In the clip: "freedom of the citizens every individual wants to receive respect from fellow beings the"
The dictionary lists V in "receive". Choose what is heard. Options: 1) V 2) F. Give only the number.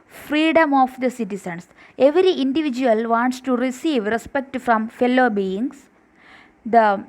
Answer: 1